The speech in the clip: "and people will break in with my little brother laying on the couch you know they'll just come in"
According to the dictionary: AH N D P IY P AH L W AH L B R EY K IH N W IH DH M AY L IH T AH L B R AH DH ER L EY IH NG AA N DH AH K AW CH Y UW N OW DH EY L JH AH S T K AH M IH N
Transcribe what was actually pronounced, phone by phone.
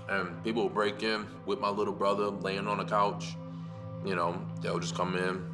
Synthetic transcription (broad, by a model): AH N P IY P L W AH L B R EY K IH N W IH DH M AY L IH T L B R AH DH ER L EY IH NG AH N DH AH K AW CH Y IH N OW DH EY L JH AH S K AH M IH N